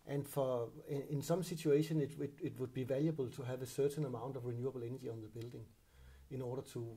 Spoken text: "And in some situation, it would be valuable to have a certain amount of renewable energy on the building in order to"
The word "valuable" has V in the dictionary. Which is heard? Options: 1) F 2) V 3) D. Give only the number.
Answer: 2